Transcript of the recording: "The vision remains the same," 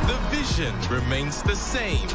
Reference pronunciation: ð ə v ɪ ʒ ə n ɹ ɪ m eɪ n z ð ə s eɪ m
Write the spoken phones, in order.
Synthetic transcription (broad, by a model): ð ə v ɪ ʒ ə n ɹ ɪ m eɪ n z ð ə s eɪ m